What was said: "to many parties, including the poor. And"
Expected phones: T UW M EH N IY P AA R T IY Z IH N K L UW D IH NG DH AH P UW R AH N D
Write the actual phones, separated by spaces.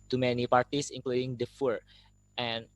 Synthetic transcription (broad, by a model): T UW M EH N IY P AA R T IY S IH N K L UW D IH NG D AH F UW R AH N